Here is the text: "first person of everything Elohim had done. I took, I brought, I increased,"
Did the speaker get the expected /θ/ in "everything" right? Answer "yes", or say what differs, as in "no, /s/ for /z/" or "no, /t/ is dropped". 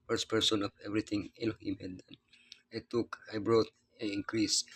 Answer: no, /t/ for /θ/